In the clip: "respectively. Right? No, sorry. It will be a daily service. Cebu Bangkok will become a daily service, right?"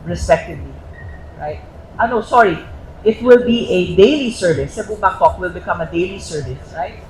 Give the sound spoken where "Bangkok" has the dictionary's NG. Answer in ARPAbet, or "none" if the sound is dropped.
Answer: none